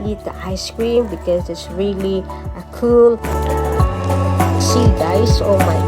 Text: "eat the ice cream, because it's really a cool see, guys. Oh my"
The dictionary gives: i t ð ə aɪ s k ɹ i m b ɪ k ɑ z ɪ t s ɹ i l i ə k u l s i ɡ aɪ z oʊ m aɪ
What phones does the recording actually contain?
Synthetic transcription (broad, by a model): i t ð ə aɪ s k ɹ i m b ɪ k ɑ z ɪ t s ɹ i l i ə k u l s i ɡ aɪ s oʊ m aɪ